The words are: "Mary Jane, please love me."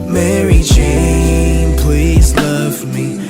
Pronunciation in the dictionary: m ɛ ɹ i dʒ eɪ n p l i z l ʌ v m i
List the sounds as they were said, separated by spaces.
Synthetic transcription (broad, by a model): m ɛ ɹ i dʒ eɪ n p l i z l ʌ v m i